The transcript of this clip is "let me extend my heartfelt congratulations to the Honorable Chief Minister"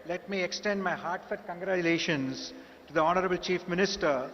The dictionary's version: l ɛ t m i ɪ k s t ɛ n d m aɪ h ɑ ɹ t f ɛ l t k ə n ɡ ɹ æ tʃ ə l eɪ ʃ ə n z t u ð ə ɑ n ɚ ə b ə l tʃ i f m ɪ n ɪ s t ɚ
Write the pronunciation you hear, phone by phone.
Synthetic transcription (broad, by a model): l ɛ t m i ɪ k s t ɛ n d m aɪ h ɑ ɹ t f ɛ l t k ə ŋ ɡ ɹ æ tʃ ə l eɪ ʃ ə n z t u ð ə ɑ n ɚ ə b ə l tʃ i f m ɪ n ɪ s t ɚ